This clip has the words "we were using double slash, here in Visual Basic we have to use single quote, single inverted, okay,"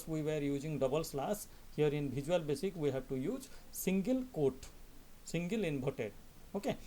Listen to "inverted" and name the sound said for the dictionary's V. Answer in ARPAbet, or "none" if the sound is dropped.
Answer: B